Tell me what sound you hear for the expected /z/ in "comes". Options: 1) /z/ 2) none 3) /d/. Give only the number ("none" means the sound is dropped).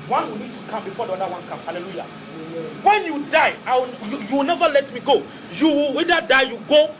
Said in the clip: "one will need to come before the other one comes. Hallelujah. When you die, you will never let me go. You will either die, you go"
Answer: 2